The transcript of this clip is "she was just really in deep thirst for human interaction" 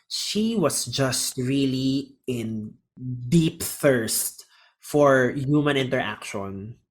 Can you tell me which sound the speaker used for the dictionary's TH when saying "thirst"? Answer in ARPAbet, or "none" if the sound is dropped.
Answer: TH